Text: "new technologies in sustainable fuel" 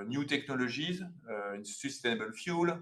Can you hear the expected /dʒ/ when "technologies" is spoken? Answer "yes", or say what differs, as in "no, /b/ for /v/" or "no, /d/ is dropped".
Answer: no, /ʒ/ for /dʒ/